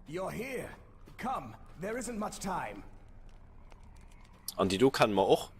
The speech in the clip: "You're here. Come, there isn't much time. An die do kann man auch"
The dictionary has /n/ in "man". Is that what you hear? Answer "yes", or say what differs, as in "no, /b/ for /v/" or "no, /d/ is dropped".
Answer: no, /n/ is dropped